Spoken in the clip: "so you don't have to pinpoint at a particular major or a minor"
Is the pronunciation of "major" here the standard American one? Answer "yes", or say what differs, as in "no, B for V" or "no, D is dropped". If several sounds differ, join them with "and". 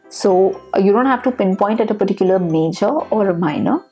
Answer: yes